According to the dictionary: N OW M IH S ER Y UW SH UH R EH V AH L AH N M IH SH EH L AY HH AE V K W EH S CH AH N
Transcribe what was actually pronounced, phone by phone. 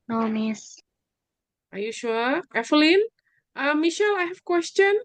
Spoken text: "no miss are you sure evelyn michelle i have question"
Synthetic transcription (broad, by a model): N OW M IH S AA Y UW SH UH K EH F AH L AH N M IH SH EH L AY HH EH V K W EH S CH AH N